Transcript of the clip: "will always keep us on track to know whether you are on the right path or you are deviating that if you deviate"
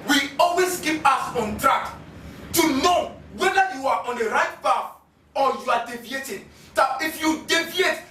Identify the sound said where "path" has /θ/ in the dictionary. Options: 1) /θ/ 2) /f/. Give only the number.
2